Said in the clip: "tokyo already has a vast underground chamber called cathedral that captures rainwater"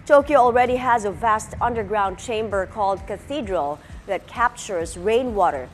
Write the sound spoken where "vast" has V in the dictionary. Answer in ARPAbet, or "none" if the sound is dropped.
V